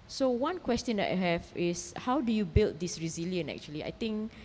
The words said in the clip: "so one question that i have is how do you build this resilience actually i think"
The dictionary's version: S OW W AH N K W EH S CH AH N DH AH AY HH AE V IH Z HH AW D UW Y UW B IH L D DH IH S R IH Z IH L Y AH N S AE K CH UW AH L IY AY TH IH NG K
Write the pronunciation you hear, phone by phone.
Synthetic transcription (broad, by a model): S OW W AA N K W EH S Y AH N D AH AY HH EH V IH S HH AW D UW Y UW B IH L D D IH S R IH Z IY L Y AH N EH K CH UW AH L IY AY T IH NG K